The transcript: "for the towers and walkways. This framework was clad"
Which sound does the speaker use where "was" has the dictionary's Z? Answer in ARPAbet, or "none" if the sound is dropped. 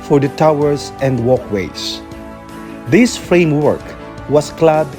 S